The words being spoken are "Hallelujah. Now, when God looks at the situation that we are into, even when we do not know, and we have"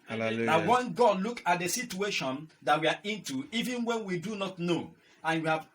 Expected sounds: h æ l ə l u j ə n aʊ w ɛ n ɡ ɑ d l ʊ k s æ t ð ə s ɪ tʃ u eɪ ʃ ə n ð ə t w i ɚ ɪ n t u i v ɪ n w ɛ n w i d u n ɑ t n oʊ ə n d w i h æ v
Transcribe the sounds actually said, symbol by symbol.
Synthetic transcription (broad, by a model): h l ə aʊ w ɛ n ɡ ɑ d l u k ɑ t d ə s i tʃ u eɪ ʃ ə n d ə t w i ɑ ɪ n t u i v ɪ n w ɛ n w i d u n ɑ t n oʊ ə n w i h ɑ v